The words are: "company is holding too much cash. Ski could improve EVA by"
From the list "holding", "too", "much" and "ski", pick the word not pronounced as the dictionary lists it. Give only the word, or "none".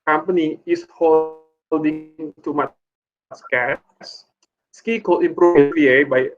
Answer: much